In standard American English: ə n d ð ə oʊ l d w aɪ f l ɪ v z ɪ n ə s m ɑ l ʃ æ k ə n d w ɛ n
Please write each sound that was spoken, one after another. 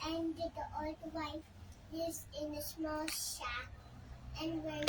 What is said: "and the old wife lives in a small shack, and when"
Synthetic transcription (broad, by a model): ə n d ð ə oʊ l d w aɪ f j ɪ z ɪ n ə s m ɑ l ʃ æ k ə n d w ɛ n